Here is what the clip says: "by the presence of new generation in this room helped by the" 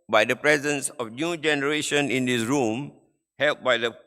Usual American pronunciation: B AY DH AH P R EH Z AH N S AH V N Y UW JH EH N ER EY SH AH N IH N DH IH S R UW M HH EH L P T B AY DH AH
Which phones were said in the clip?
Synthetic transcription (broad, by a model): B AY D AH P R EH Z AH N S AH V N Y UW JH EH N ER EY SH AH N IH N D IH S R UW M HH EH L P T B AY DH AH